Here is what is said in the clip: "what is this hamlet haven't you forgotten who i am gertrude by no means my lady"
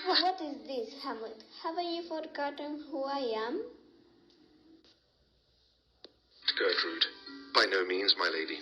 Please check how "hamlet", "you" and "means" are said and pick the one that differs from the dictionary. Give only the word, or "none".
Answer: hamlet